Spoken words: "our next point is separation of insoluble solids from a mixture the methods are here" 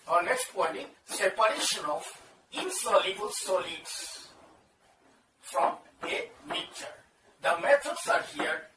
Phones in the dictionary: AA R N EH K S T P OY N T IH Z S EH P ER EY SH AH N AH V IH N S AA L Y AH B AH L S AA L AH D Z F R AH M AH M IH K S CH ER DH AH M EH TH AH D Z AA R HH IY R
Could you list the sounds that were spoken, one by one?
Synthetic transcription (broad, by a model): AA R N EH K S T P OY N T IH S EH P ER EY SH AH N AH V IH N S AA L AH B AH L S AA L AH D S F R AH M AH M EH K CH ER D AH M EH T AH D S AA R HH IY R